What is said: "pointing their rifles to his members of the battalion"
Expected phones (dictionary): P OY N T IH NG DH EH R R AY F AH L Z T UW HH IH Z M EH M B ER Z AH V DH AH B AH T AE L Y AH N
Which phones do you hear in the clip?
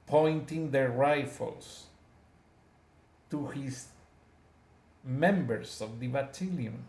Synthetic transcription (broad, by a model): P OY N T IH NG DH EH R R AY F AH L S T UW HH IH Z M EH M B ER S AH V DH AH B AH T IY L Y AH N